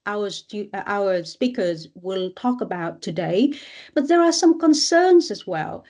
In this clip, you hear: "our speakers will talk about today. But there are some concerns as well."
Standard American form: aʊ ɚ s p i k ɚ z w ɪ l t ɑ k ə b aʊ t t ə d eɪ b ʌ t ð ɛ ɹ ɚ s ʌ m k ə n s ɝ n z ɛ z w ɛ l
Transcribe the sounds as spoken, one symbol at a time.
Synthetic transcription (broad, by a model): aʊ ɚ s p i k ɚ z w ɪ l t ɑ k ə b aʊ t t ə d eɪ b ʌ t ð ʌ ɹ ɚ s ʌ m k ə n s ɝ n z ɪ z w ɛ l